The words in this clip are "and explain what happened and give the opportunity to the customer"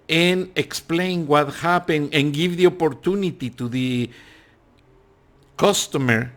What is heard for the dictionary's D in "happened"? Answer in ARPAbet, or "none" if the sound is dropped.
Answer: none